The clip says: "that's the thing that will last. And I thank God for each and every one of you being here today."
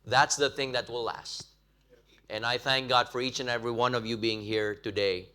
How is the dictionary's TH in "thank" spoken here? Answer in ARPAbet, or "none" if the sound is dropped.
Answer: TH